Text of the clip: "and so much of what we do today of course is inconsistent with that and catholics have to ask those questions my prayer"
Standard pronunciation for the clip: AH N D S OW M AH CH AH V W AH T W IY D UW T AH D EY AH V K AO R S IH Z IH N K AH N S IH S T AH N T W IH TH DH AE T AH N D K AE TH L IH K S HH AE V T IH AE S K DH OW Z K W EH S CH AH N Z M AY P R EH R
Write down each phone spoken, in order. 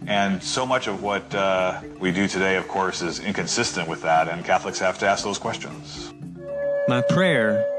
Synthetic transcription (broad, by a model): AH N S OW M AH CH AH V W AH T W IY D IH T AH D EY AH V K AO R S IH Z IH N K AH N S IH S T AH N T W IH DH AE T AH N K AE TH L IH K S HH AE F T IH AE S K DH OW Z K W EH S CH AH N Z M AY P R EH R